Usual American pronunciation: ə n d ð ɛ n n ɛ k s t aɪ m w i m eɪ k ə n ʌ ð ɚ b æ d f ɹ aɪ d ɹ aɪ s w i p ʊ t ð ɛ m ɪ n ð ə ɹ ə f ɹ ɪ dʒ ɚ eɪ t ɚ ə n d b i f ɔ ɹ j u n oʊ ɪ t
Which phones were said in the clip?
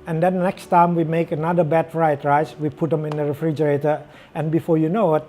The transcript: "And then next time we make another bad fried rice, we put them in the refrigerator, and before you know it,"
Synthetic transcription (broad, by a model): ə n d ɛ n n ɛ k s t aɪ m w i m eɪ k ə n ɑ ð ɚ b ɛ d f ɹ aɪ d ɹ aɪ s w i p ʊ t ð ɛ m ɪ n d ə ɹ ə f ɹ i dʒ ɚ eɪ t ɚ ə n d b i f ɔ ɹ j u n oʊ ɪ t